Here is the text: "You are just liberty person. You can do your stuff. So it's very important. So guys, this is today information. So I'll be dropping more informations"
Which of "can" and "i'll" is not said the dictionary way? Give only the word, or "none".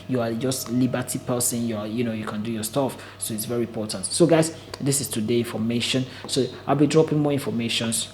none